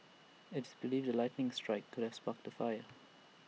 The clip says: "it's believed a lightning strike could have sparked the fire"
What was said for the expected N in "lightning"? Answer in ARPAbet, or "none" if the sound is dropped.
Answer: N